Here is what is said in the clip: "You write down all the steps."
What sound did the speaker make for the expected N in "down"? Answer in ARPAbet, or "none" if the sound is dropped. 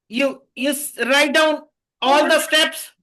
N